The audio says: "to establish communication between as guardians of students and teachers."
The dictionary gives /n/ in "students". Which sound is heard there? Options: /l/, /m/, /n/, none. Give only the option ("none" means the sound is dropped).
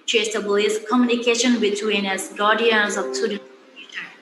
none